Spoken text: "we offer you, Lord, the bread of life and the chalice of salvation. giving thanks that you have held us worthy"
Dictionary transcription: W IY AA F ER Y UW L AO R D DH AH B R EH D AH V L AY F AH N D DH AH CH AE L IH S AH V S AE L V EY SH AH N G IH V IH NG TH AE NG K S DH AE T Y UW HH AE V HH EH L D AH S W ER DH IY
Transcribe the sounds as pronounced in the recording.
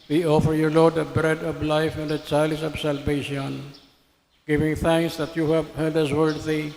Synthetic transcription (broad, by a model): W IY AA F ER Y UW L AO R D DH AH B R EH D AH V L AY F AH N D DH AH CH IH L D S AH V S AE L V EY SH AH N G IH V IH NG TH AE NG K S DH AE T Y UW HH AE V HH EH D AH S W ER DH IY